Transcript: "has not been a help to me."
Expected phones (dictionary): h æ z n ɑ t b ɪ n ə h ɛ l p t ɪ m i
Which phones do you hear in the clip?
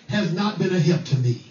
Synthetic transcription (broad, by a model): h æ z n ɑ t b ɪ n ə h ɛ p t ɪ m i